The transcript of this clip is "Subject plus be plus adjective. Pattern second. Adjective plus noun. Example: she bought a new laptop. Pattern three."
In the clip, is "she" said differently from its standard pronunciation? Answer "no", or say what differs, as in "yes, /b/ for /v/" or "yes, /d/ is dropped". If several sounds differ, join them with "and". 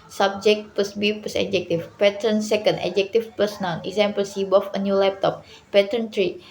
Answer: yes, /s/ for /ʃ/